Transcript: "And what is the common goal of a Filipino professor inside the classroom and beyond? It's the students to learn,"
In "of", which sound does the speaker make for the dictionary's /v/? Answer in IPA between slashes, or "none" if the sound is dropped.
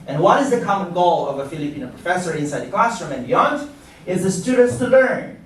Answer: /v/